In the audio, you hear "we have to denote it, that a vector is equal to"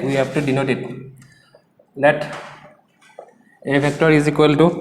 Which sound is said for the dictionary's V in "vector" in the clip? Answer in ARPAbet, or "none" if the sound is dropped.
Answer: B